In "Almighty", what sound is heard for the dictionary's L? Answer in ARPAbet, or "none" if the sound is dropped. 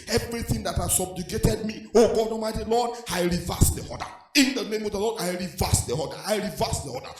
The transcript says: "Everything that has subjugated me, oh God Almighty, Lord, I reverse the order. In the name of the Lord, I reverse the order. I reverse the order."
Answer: none